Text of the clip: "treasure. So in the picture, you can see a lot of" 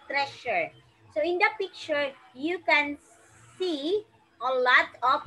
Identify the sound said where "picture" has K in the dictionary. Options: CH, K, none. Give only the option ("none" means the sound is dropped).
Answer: K